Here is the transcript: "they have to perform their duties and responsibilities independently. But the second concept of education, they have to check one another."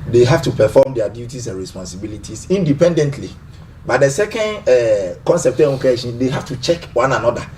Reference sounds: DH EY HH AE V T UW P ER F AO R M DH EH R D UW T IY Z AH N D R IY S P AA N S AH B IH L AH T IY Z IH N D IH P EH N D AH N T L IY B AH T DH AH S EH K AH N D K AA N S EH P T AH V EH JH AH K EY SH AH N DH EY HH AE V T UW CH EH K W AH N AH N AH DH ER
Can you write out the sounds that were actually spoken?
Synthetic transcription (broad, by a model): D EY HH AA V T UW P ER F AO M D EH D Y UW T IY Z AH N R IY S P AA N S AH B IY L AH T IY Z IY N D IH P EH N D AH N T L IY B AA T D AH S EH K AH N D K AA N S EH P T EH AH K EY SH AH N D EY HH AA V T UW CH EH K W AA N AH N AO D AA